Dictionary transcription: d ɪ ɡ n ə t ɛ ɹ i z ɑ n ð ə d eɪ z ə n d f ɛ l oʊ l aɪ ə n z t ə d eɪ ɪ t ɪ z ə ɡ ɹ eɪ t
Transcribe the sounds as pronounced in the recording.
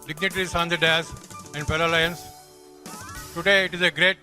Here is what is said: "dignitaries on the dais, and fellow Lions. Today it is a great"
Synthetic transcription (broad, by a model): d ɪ ɡ n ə t ɹ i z ɑ n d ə d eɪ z ə n d p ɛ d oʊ l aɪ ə n s t ə d eɪ ɪ t ɪ z ə ɡ ɹ eɪ t